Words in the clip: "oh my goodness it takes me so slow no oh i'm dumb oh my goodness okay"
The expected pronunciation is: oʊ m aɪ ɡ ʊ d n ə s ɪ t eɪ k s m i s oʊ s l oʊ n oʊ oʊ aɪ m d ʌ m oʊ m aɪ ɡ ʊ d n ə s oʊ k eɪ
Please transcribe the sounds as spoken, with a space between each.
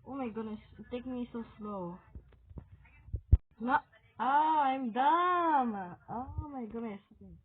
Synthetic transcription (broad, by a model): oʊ m aɪ ɡ ʊ d n ə s t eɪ k m i s oʊ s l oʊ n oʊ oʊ aɪ m d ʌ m oʊ m aɪ ɡ ʊ d n ə s